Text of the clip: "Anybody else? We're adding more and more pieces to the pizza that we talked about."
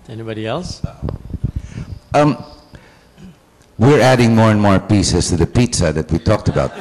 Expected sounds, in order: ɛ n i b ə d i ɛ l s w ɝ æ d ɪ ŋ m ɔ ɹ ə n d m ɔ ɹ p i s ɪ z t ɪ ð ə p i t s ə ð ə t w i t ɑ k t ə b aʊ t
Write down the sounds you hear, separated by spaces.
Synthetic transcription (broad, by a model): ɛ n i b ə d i ɛ l s w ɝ æ d ɪ ŋ m ɔ ɹ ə n m ɔ ɹ p i s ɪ s t ɪ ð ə p i t s ə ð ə t w i t ɑ k t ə b aʊ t